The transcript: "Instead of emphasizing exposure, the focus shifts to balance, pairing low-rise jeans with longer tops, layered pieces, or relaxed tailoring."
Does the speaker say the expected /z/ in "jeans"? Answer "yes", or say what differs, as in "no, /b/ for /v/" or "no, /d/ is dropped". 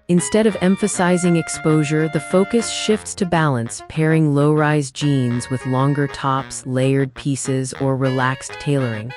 yes